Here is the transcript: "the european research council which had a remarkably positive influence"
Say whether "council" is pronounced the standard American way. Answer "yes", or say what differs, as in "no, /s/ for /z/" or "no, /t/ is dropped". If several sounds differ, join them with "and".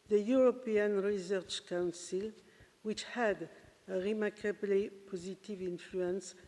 yes